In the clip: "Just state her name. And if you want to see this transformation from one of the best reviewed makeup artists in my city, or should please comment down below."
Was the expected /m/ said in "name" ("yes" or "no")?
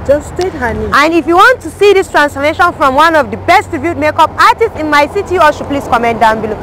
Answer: no